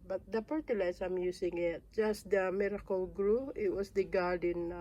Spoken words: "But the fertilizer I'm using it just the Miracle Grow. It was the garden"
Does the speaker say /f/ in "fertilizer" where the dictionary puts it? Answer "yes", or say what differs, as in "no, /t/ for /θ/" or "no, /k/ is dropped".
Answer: no, /p/ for /f/